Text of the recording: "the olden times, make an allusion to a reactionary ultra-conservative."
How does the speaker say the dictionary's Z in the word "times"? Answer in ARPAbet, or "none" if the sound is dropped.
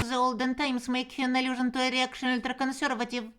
S